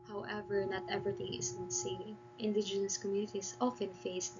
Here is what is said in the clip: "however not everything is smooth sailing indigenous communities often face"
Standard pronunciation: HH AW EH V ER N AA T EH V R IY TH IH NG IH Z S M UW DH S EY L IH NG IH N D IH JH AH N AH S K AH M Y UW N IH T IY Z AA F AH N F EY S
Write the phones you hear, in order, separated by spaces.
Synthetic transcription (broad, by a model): HH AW EH V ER N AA T EH V R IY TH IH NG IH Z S UW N S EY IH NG IH N D IH JH AH N AH S K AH M Y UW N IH T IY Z AA F AH N F EY S